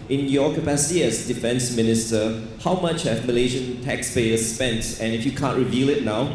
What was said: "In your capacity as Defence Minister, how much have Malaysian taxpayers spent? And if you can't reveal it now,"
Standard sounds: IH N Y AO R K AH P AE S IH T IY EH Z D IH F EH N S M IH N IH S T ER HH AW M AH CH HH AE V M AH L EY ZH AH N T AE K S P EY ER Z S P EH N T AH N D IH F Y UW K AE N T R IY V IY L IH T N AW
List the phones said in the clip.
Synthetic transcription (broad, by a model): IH N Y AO K AH P AE S IH T IY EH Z D IH F EH N S M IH N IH S T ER HH AW M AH CH HH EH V M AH L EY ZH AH N T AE K S P EY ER S P EH N T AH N IH F Y UW K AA N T R IY V IY L IH T N AW